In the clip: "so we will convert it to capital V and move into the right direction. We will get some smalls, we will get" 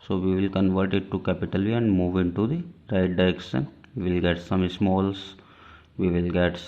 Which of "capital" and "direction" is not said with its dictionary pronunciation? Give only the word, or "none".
direction